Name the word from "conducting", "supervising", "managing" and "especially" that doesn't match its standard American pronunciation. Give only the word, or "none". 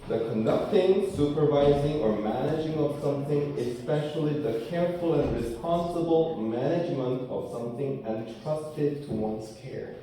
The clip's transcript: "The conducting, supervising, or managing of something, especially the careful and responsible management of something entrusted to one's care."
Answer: none